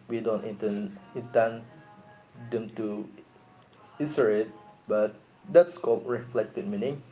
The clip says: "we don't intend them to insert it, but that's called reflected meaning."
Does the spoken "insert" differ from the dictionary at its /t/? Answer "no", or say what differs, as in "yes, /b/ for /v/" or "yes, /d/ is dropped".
yes, /t/ is dropped